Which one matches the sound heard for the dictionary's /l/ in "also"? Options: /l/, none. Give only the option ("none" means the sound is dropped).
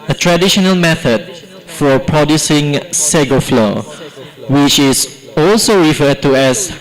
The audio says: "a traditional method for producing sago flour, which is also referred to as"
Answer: /l/